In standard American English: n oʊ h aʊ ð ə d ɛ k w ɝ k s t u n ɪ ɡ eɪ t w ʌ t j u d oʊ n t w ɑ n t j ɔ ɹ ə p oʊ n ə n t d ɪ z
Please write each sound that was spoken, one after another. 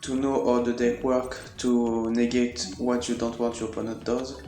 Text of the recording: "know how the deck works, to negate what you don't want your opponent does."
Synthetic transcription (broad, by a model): n oʊ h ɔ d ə d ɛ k w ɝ k t u n ɪ ɡ eɪ t w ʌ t j u d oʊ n t w ɑ n t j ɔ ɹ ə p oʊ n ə t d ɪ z